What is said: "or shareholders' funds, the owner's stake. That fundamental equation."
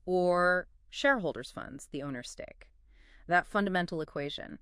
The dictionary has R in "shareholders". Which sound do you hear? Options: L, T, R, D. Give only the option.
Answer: R